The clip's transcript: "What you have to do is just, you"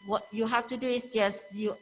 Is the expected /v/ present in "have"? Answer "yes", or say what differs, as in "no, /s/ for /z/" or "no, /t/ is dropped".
no, /f/ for /v/